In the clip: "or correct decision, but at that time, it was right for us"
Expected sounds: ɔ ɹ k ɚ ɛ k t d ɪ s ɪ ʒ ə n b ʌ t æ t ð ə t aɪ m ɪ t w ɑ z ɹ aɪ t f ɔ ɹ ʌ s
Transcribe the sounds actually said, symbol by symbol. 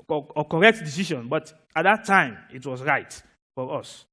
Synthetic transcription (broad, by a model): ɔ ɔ k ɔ ɛ k t d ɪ s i ʃ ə n b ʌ t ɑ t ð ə t aɪ m ɪ t w ɑ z ɹ aɪ t f ɔ ɹ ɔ s